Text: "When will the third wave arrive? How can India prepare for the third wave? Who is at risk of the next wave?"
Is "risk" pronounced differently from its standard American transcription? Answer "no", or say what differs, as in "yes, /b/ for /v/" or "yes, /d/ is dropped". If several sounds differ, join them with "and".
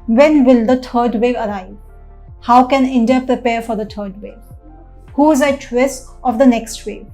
yes, /k/ is dropped